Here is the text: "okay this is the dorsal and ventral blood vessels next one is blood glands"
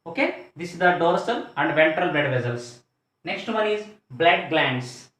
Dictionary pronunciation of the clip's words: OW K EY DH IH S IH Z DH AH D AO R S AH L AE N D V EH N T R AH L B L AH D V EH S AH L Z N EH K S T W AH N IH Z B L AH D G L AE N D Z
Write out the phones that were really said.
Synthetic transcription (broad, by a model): OW K EY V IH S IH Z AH D AO R S AH L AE N D V EH N T R AH L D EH D V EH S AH L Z N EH K S T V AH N IH Z B L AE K G L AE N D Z